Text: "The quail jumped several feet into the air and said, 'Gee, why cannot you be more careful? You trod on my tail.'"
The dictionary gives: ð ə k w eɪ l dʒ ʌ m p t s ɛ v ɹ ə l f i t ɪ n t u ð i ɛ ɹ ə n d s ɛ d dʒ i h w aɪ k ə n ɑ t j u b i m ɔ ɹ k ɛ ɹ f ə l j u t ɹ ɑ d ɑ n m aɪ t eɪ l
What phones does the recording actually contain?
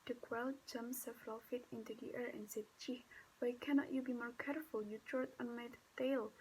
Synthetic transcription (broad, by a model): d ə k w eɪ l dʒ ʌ m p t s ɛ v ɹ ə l f i t ɪ n t u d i ɛ ɹ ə n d s ɛ d tʃ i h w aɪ k ə n ɑ t j u b i m ɔ ɹ k ɛ ɹ f ə l j u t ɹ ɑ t ɑ n m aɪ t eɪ l